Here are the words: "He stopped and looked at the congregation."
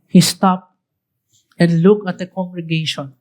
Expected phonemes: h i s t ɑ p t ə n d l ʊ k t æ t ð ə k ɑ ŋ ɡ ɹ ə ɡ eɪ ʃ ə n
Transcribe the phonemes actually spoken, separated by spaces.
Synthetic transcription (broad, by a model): h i s t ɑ p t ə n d l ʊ k æ t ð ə k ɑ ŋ ɡ ɹ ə ɡ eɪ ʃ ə n